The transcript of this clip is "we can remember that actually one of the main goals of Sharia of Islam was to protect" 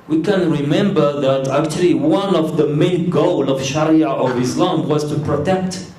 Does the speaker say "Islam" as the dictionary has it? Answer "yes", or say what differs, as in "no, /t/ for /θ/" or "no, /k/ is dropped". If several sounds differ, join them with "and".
yes